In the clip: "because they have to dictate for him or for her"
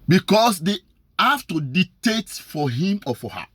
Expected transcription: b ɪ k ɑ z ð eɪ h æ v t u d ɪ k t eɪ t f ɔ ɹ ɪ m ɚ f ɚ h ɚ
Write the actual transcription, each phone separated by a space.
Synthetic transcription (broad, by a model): b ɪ k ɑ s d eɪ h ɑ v t u d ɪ t eɪ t f ɔ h ɪ m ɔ f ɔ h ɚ